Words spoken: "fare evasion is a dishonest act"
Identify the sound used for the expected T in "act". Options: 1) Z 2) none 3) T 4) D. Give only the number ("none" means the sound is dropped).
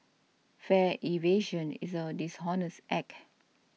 2